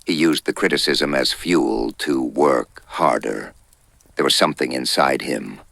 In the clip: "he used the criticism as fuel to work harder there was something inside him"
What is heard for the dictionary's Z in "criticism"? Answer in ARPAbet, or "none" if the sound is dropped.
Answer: Z